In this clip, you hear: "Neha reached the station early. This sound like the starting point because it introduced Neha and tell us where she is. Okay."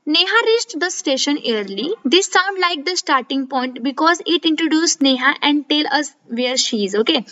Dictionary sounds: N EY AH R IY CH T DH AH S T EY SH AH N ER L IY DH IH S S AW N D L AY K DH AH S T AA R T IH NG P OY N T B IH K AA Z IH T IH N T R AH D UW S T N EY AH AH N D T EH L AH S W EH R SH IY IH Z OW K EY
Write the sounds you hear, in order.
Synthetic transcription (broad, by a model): N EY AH R IY CH T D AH S T EY SH AH N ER L IY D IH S S AW N D L AY K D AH S T AA R T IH NG P OY N T B IH K AA Z IH T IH N T R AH D UW S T N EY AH AH N D T EH L AH S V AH R SH IY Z OW K EY